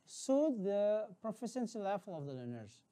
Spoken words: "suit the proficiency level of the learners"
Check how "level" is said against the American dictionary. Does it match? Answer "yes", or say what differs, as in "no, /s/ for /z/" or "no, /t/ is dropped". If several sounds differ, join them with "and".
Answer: no, /f/ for /v/